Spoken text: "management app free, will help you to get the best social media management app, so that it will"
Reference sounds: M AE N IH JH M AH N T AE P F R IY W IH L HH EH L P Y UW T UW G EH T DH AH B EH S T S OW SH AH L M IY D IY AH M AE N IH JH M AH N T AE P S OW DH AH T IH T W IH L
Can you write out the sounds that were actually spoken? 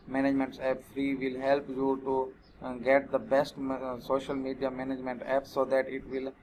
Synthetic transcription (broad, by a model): M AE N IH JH M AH N T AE P F R IY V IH L HH EH L P Y UW T UW G EH T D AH B EH S T S OW SH AH L M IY D IY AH M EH N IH JH M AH N T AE P S OW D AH T IH T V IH L